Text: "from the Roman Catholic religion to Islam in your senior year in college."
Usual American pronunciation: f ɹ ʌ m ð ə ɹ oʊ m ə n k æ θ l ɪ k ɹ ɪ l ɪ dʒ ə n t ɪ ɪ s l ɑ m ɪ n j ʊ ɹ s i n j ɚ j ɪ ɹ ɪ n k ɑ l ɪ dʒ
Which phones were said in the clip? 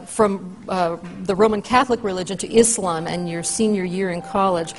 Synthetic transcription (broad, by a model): f ɹ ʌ m ð ə ɹ oʊ m ə n k æ θ l ɪ k ɹ ɪ l ɪ dʒ ə n t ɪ ɪ s l ɑ m ɪ n j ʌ ɹ s i n j ɚ j ɪ ɹ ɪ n k ɑ l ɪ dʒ